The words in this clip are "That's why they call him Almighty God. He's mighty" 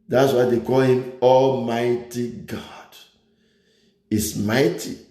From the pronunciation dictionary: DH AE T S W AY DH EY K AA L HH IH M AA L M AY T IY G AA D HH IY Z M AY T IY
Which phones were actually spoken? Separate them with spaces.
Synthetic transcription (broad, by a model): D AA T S W AY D EY K AA L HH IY M AA L M AY T IY G AA D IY S M AY T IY